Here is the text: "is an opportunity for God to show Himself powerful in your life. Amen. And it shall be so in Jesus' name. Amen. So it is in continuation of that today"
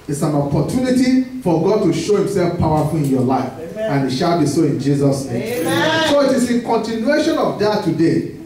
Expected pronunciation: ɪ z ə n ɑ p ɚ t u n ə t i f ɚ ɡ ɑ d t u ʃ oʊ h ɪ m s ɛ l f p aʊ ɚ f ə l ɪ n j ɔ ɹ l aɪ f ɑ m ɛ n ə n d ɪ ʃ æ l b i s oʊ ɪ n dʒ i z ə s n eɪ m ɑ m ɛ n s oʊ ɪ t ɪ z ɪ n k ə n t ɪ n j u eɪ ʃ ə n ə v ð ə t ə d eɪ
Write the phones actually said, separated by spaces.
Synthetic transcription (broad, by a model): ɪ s ə n ɑ p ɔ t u n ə t i f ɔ ɡ ɑ d t u ʃ oʊ h ɪ m s ɛ l f p aʊ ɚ f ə l ɪ n j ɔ l aɪ f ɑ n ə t ʃ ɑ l b i s oʊ ɪ n dʒ i z ə s n eɪ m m s oʊ ɪ t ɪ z ɪ n k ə n t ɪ n j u eɪ ʃ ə n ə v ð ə t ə d eɪ